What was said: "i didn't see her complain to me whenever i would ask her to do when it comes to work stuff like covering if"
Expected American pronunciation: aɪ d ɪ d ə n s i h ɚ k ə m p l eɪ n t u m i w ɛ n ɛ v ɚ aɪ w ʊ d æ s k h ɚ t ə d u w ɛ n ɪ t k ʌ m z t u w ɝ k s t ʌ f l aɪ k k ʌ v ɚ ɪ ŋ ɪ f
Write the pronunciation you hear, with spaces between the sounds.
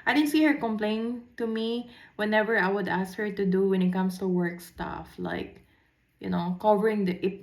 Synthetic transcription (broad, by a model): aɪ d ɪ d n s i h ɚ k ə m p l eɪ n t u m i w ɛ n ɛ v ɚ aɪ w ʊ d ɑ s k h ɚ t ə d u w ɛ n ɪ t k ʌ m s t u w ɝ k s t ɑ f l aɪ k k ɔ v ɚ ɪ ŋ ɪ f